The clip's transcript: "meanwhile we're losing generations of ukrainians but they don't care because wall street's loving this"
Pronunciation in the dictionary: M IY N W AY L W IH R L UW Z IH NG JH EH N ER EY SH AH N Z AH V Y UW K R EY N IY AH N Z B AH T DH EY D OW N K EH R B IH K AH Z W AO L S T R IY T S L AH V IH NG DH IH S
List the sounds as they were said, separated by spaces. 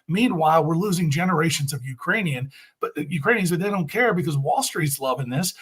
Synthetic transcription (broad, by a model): M IY N W AY L W IH R L UW Z IH NG JH EH N ER EY SH AH N Z AH V Y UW K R EY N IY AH N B AH T DH EY D OW N K EH R B IH K AH Z W AO L S T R IY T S L AH V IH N DH IH S